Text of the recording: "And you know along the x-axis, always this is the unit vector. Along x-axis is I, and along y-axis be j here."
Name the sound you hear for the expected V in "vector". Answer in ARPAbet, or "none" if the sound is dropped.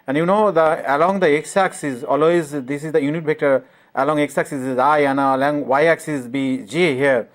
B